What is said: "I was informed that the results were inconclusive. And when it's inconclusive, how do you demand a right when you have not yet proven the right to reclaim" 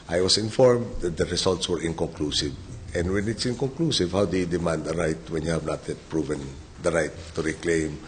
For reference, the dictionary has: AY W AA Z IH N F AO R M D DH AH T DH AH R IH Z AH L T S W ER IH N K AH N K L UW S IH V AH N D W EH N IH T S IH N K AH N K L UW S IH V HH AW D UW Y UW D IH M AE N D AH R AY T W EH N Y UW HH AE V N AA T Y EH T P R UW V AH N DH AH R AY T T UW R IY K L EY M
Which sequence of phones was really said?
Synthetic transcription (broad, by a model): AY W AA S IH N F AO R M D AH T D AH R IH S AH L T S W ER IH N K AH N K L UW S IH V AH N D W EH N IH T S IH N K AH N K L UW S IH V HH AW D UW Y UW D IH M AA N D AH R AY T W EH N Y UW HH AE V N AA T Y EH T P R UW V AH N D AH R AY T T UW R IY K L EY M